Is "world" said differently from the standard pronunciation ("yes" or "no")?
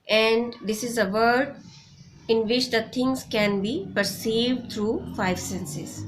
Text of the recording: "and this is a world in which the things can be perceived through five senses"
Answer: yes